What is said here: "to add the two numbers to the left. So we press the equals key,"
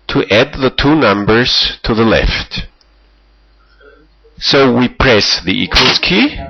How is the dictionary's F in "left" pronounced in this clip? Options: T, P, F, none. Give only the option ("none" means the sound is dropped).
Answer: F